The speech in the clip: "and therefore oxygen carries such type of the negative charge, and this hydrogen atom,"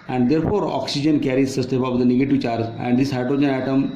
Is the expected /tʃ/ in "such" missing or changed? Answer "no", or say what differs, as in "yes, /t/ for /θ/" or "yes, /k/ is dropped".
yes, /s/ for /tʃ/